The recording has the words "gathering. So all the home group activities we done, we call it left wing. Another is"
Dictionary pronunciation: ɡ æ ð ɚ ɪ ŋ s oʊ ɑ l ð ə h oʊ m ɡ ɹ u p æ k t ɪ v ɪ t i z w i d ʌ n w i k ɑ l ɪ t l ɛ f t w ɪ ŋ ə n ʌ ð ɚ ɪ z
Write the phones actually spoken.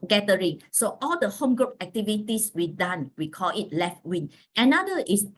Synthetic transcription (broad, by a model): ɡ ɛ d ɚ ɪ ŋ s oʊ ɑ l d ə h oʊ m ɡ ɹ u p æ k t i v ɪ t i s w i d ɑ n w i k ɑ l ɪ t l ɛ f t w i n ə n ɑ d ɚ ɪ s